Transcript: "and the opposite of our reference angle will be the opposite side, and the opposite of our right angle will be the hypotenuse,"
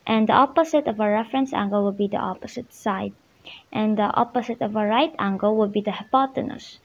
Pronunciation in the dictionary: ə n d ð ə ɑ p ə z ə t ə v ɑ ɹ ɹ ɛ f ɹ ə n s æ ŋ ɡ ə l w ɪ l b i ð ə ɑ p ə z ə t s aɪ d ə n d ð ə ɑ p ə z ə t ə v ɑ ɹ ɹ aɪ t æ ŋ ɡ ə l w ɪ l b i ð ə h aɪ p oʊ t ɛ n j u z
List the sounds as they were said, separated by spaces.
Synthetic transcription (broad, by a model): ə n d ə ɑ p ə s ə t ə v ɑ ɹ ɹ ɛ f ɹ ə n s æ ŋ ɡ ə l w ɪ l b i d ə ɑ p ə s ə t s aɪ d ə n d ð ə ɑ p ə s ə t ə v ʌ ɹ ɹ aɪ t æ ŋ ɡ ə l w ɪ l b i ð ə h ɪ p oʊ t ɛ n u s